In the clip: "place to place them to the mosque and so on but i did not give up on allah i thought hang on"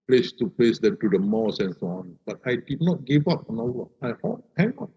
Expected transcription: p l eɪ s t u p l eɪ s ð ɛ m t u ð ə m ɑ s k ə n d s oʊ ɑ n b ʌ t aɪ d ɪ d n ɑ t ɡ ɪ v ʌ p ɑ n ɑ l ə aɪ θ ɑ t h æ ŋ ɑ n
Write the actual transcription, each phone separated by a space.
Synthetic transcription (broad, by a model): p l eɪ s t u p l eɪ s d ɛ m t u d ə m ɑ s ə n s oʊ ɑ n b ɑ t aɪ d ɪ d n ɑ t ɡ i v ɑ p ɑ n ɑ w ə aɪ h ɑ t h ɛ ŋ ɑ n